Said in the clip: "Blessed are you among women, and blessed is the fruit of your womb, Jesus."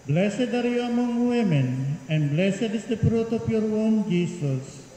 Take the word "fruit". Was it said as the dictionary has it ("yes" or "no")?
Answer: no